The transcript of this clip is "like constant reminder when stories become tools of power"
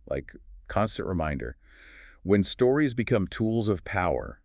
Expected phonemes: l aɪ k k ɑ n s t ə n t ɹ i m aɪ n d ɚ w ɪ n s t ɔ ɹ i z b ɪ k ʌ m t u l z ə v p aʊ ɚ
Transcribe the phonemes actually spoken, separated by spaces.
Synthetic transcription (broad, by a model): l aɪ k k ɑ n s t ə n t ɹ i m aɪ n d ɚ w ɪ n s t ɔ ɹ i z b ɪ k ʌ m t u l z ə v p aʊ ɚ